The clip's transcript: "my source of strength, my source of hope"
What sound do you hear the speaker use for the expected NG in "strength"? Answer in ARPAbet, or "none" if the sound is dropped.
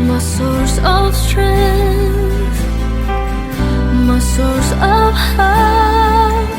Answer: none